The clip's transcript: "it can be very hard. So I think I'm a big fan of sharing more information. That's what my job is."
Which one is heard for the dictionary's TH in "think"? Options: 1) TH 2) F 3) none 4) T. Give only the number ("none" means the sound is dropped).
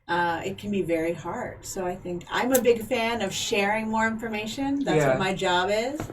1